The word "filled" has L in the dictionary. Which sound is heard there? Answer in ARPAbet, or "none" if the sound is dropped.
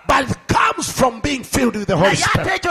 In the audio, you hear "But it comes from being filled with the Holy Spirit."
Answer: L